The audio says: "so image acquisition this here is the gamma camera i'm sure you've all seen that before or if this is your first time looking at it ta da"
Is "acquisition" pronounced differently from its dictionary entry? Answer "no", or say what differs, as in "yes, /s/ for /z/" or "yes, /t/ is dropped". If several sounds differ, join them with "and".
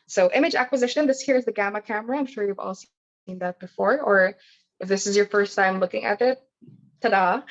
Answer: no